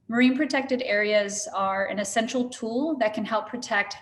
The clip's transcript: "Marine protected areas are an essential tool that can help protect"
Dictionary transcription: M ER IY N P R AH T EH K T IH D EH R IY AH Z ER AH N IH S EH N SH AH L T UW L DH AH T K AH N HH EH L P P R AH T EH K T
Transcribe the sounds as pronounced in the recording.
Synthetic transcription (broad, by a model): M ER IY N P R AH T EH K T IH D EH R IY AH Z ER AH N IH S EH N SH L T UW L DH AH T K AH N HH EH L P P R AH T EH K T